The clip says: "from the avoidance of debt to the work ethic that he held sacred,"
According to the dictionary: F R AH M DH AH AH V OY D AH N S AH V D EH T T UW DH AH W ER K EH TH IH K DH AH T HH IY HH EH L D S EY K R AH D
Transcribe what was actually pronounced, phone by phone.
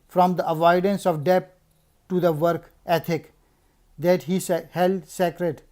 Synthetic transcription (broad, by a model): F R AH M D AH AH V OY D AH N S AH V D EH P T UW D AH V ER K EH T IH K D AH T HH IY HH EH L D S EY K R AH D